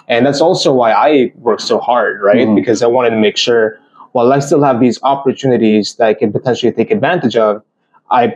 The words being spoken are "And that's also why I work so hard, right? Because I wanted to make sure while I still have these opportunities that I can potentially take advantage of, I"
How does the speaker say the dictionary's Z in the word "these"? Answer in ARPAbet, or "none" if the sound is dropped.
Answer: Z